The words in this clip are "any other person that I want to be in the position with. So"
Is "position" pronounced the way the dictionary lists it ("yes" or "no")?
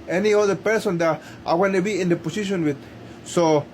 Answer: no